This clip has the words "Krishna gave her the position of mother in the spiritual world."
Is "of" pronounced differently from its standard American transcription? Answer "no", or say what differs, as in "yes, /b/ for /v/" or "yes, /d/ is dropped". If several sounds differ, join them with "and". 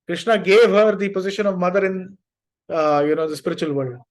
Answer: no